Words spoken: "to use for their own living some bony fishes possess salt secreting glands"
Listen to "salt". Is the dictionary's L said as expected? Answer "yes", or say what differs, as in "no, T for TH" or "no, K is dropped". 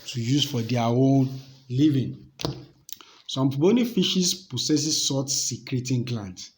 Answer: no, L is dropped